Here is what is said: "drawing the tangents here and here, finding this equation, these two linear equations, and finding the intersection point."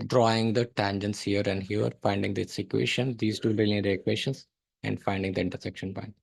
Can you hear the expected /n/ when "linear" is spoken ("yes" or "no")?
no